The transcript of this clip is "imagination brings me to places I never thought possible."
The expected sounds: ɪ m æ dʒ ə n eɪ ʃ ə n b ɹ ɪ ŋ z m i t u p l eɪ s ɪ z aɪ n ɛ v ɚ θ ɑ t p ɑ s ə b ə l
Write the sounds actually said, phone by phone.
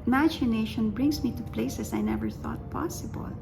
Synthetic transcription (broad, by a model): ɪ m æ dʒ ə n eɪ ʃ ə n b ɹ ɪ ŋ s m i t u p l eɪ s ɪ s aɪ n ɛ v ɚ θ ɑ t p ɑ s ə b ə l